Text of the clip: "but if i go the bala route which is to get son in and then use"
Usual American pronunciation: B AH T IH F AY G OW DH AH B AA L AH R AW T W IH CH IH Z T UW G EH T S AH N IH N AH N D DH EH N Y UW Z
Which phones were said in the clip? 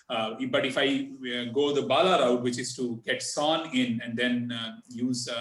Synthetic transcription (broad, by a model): B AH T IH F AY G OW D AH B AA L AH R AW T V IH CH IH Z T UW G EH T S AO N IH N AH N D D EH N Y UW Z